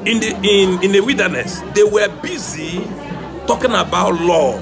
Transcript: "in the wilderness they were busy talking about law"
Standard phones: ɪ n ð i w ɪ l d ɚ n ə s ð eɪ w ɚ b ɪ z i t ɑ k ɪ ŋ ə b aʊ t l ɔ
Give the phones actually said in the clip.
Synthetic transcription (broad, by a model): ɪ n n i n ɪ w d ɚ n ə s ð eɪ w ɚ b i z i t ɑ k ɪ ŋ ə b aʊ t l ɔ